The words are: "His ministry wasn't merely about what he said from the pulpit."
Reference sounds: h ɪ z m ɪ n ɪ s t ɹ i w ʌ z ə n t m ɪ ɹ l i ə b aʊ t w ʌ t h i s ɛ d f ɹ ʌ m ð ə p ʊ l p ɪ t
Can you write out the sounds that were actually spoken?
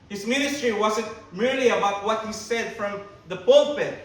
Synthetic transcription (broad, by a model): h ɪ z m ɪ n ɪ s t ɹ i w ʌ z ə n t m ɪ ɹ l i ə b aʊ t w ʌ t h i s ɛ d f ɹ ʌ m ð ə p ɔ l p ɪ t